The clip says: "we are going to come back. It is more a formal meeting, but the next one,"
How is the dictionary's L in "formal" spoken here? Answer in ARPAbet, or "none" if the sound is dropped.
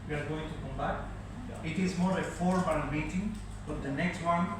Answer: N